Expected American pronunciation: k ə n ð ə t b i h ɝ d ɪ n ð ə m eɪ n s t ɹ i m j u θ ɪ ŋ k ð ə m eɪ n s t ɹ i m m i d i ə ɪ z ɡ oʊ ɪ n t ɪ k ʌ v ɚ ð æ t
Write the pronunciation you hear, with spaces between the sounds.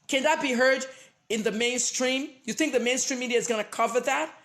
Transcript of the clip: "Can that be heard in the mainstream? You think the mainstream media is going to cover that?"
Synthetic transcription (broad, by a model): k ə n ð ə t b i h ɝ d ɪ n ð ə m eɪ n s t ɹ i m j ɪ θ ɪ ŋ k ð ə m eɪ n s t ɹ i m m i d i ə ɪ z ɡ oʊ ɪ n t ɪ k ʌ v ɚ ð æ t